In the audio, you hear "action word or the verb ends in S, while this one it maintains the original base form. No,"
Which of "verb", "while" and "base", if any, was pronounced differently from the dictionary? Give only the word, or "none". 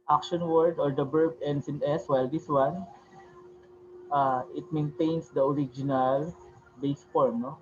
verb